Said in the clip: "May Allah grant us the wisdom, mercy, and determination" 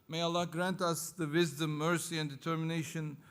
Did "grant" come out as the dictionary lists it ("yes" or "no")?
yes